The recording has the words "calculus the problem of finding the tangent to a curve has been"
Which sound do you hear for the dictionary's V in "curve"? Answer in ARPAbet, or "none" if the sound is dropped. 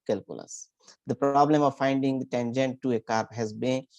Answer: P